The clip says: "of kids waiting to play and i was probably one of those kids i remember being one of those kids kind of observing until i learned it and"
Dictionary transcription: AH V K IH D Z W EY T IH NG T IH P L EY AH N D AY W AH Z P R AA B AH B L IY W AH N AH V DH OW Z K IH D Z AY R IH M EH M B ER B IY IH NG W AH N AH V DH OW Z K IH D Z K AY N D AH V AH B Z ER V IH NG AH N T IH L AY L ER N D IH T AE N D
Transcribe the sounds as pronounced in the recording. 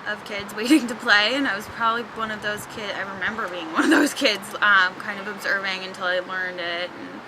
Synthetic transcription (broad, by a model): AH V K IH D Z W EY T IH NG T IH P L EY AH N AY W AH Z P R AA B AH B L IY W AH N AH V DH OW Z K IH D Z AY R IH M EH M B ER B IY IH NG W AH N AH V DH OW Z K IH D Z K AY N D AH V AH B Z ER V IH NG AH N T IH L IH L ER N D IH T N